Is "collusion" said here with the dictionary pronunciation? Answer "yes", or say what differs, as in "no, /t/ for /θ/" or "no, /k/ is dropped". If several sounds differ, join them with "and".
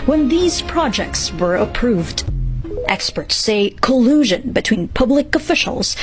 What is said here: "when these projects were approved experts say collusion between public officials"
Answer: yes